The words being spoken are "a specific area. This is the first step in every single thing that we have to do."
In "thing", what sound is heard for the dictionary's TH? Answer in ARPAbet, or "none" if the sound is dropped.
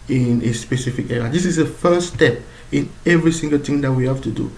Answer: T